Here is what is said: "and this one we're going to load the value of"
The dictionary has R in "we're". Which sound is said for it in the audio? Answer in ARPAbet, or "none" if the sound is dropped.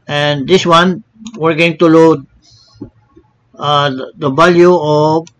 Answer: R